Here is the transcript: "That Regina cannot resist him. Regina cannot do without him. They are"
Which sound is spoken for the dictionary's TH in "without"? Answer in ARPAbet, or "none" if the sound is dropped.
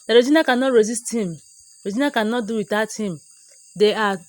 T